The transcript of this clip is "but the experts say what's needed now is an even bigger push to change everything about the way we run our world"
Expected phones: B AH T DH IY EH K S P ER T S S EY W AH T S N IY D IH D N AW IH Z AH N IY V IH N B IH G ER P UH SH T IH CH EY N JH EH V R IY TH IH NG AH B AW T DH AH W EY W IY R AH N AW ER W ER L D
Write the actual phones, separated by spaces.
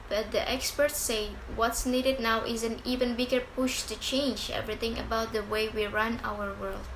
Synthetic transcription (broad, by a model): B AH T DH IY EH K S P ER T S S EY W AH T S N IY D IH D N AW IH Z AH N IY V IH N B IH G ER P UH SH T IH CH EY N JH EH V R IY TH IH NG AH B AW T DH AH W EY W IY R AH N AW ER W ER L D